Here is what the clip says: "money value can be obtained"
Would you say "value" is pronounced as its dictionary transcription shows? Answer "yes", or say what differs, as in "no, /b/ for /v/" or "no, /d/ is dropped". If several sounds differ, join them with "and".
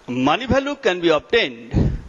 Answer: no, /b/ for /v/